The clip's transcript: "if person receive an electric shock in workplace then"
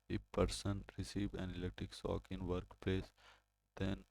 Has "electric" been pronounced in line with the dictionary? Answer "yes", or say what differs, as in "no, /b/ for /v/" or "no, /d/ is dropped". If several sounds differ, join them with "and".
no, /k/ is dropped and /ɹ/ is dropped